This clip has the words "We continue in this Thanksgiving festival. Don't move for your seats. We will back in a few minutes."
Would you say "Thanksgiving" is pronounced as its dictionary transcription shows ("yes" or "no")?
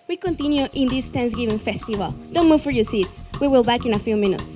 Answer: no